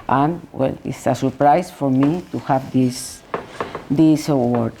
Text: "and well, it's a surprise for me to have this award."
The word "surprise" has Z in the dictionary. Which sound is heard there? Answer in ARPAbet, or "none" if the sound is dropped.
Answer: S